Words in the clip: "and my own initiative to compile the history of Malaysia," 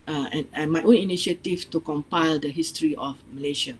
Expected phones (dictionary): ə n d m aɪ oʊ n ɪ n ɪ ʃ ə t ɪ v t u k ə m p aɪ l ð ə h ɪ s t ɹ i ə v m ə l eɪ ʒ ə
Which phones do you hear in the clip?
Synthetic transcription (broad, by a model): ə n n m aɪ oʊ n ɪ n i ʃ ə t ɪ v t u k ə m p aɪ l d ə h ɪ s t ɹ i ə f m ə l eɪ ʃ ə